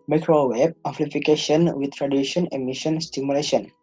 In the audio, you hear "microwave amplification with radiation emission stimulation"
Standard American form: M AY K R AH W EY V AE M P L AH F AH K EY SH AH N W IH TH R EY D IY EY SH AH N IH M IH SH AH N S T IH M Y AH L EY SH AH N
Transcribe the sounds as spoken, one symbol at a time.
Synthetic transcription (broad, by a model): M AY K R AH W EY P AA P L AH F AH K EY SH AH N W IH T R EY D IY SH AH N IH M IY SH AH N S T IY M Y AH L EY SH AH N